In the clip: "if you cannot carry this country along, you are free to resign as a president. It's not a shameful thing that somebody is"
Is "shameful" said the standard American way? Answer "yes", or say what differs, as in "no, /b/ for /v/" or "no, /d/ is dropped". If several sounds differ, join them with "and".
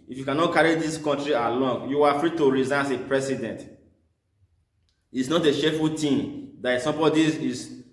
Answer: no, /m/ is dropped